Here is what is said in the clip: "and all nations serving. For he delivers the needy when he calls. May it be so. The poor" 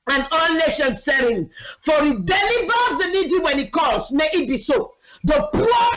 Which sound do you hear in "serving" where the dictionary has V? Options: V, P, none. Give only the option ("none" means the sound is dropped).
none